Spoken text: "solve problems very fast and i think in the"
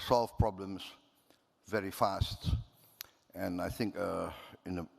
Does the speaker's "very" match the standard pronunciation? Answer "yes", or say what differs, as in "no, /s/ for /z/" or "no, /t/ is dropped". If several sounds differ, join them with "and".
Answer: yes